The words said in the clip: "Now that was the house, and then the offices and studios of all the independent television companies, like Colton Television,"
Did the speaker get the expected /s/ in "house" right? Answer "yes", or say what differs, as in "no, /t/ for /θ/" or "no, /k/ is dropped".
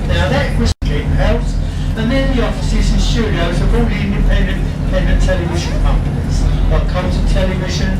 no, /θ/ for /s/